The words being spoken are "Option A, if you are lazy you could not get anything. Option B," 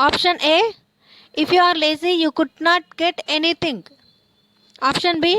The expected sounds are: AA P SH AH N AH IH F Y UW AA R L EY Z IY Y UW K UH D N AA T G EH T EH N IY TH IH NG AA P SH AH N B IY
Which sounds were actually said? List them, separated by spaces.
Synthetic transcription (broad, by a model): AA P SH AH N AH IH F Y UW AA R L EY Z IY Y UW K UH D N AA T G EH T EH N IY T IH NG AA P SH AH N B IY